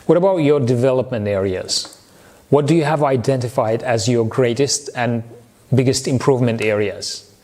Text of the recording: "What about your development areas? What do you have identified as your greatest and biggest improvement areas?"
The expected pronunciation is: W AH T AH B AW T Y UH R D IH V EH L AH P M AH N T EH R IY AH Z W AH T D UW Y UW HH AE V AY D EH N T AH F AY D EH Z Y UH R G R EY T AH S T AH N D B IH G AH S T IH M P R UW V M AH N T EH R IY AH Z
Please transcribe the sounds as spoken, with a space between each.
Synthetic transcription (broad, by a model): W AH T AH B AW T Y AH R D IH V EH L AH P M AH N T EH R IY AH Z W AH T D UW Y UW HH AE V AY D EH N T AH F AY D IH Z Y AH R G R EY T AH S T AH N B IH G AH S T IH M P R UW V M AH N T EH R IY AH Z